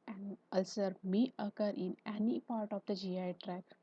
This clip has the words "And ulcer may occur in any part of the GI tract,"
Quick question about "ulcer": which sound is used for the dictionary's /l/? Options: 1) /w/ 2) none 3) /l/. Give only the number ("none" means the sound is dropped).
3